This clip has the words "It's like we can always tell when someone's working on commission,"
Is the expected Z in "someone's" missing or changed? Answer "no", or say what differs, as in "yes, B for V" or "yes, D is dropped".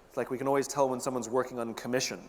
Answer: no